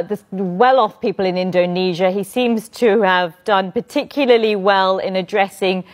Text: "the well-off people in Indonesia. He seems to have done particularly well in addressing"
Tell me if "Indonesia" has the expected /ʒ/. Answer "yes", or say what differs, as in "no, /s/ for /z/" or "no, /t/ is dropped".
yes